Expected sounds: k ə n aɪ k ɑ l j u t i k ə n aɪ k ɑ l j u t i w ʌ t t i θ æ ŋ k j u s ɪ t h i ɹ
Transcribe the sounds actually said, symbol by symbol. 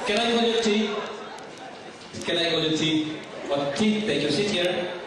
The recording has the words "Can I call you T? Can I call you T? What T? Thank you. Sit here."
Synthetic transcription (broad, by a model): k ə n aɪ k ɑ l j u t i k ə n aɪ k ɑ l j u t i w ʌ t t i t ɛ k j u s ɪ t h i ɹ